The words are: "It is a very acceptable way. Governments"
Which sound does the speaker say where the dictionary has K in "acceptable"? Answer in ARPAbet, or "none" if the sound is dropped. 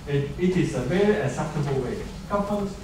none